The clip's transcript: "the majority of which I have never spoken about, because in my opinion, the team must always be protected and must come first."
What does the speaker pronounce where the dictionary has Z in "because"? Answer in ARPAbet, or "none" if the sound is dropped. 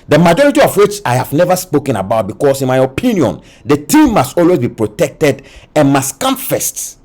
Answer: S